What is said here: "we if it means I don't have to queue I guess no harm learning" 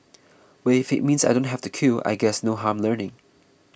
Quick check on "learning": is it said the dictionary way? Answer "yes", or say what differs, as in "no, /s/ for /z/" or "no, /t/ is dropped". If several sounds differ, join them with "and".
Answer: yes